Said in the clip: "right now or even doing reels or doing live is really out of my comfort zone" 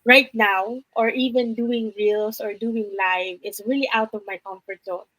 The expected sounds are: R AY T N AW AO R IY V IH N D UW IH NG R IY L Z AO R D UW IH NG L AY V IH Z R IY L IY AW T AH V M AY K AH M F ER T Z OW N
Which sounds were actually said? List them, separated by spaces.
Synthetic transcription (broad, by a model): R AY T N AW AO R IY V IH N D UW IH NG R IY L S AO R D UW IH NG L AY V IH S R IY L IY AW T AH V M AY K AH M F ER T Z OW N